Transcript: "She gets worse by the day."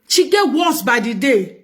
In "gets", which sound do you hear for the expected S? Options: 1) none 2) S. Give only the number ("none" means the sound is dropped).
1